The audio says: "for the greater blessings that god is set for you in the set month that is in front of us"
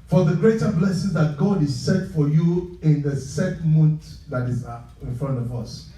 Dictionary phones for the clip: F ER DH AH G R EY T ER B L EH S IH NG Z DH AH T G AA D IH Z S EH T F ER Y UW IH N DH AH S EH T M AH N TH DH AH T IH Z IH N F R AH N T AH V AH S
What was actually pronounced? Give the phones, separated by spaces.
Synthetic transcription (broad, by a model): F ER DH AH G R EY T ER B L EH S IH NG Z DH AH T G AA D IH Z S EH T F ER Y UW IH N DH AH S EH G M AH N T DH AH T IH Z IH N F R AH N T AH V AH S